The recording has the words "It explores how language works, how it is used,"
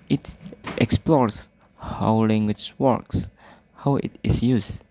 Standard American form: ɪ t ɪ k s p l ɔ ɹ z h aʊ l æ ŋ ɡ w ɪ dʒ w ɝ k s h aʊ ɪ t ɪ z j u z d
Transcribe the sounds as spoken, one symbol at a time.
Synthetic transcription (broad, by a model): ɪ t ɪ k s p l ɔ ɹ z h aʊ l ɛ ŋ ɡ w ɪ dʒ w ɝ k s h aʊ ɪ t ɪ s j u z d